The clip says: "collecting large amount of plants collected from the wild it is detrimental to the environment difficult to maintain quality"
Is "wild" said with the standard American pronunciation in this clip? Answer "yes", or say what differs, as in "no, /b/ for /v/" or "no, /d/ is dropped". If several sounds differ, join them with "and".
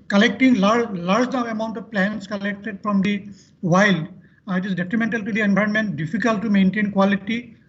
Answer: yes